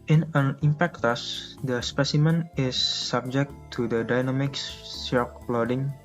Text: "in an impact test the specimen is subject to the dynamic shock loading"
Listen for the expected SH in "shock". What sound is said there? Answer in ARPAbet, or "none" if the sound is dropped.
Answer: S